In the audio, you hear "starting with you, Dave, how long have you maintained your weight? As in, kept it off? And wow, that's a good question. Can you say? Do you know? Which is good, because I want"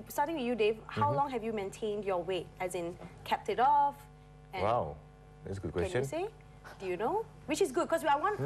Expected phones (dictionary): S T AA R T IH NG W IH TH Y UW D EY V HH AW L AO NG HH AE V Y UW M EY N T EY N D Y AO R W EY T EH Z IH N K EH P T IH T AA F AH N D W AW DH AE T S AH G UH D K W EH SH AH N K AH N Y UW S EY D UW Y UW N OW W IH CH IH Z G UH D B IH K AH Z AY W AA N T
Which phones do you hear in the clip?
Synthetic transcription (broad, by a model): S T AA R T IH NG W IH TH Y UW D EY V HH AW L AO NG HH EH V Y UW M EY N T EY N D Y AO W EY T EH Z IH N K EH P T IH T AA F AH W AW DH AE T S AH G UH D K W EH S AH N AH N S EY D UW Y UW N OW W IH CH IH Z G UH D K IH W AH AY W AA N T